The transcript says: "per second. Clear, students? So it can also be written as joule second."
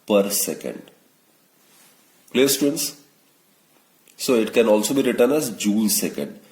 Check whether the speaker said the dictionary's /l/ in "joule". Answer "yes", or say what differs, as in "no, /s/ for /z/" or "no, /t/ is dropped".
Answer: no, /n/ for /l/